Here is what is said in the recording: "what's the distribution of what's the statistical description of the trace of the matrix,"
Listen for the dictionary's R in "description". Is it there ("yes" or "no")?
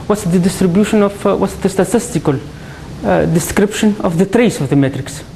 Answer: yes